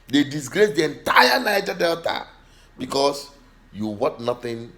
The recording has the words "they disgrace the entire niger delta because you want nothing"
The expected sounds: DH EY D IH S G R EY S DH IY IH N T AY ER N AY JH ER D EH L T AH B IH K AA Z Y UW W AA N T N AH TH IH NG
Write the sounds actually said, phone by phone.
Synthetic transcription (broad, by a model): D EY D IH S G R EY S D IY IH N T AY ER N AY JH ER D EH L T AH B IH K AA S Y UW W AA T N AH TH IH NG